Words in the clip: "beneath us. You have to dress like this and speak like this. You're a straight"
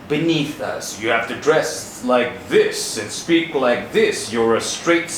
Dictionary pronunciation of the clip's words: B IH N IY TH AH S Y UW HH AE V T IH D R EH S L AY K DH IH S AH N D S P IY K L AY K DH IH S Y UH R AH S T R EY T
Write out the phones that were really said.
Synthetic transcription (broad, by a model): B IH N IY TH AH S Y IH HH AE F T IH D R EH S L AY K DH IH S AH N S P IY K L AY K DH IH S Y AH R AH S T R EY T